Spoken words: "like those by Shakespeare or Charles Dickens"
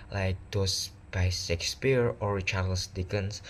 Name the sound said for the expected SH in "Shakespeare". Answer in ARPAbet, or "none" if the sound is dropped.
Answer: S